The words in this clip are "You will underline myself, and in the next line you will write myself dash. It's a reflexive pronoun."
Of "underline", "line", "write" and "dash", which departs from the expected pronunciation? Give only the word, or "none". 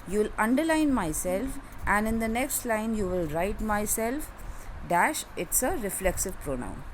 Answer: none